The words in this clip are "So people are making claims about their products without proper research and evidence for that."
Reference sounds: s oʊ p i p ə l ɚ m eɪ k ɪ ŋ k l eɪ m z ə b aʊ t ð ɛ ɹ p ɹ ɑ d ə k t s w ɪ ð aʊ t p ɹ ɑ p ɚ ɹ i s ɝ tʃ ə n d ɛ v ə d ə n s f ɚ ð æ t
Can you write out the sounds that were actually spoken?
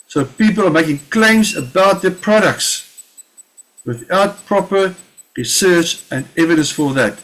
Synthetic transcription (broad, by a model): s oʊ p i p ə l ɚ m eɪ k ɪ ŋ k l eɪ m z ə b aʊ t ð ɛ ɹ p ɹ ɑ d ə k t s w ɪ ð aʊ t p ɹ ɑ p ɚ ɹ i s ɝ tʃ ə n d ɛ v ə d ə n s f ɚ ð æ t